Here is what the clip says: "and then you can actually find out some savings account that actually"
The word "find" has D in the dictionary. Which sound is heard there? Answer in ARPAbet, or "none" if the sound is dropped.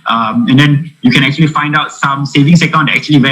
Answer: D